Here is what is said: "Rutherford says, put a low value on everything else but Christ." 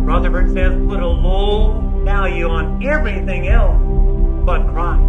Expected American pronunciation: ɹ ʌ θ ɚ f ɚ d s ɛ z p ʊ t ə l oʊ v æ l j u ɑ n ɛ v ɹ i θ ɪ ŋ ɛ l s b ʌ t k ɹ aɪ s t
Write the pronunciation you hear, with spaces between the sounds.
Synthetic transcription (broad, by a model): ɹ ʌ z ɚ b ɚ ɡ s ɛ z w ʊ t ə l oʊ v æ l j u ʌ n ɛ v ɹ i θ ɪ ŋ ɛ l s b ʌ t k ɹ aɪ